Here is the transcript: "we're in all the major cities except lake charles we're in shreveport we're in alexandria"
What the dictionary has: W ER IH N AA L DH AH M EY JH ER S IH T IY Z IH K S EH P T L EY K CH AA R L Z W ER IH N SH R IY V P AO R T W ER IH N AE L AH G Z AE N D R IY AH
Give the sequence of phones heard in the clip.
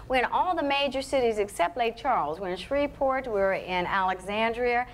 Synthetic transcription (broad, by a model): W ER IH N AA L DH AH M EY JH ER S IH T IY Z IH K S EH P T L EY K CH AA R L Z W ER IH N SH R IY P AO R T W ER IH N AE L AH G Z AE N D R IY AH